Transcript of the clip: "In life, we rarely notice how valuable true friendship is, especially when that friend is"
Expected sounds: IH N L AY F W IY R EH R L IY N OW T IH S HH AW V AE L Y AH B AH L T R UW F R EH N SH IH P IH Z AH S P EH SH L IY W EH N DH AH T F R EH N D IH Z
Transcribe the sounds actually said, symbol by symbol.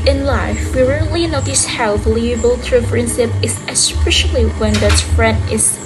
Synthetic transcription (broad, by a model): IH N L AY F W IY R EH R L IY N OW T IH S HH AW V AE L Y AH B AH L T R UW P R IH N S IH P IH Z AH S P EH SH L IY W EH N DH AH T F R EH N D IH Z